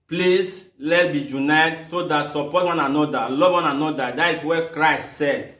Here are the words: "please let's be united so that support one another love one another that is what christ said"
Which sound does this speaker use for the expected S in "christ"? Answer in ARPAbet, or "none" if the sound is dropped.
S